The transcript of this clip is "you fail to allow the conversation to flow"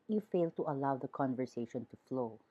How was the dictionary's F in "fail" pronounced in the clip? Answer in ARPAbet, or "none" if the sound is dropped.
F